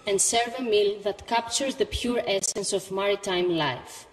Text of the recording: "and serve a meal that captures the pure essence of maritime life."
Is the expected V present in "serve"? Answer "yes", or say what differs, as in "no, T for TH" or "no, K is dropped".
yes